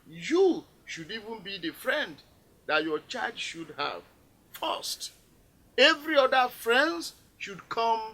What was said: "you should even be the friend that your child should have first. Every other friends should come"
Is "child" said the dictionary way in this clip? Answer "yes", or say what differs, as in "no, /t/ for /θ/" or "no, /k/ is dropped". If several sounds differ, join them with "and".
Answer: no, /l/ is dropped